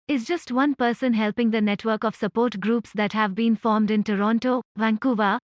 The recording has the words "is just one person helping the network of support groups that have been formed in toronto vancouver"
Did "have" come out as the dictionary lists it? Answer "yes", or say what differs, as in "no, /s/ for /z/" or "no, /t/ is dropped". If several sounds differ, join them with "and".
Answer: yes